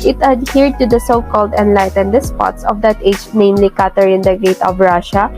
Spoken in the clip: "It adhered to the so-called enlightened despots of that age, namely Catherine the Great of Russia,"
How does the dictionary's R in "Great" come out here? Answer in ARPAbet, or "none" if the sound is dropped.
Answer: none